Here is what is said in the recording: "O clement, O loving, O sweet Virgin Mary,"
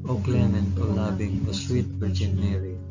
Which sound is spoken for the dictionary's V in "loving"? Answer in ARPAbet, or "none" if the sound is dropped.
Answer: B